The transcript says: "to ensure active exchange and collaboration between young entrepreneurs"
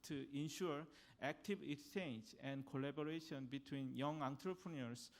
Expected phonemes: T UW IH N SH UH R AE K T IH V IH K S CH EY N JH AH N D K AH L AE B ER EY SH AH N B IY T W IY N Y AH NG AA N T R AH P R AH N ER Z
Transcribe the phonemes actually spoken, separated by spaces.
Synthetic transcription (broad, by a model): T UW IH N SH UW R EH K T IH B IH K S CH EY N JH AH N D K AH L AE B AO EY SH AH N B IY T W IY N Y AH NG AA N T R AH P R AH N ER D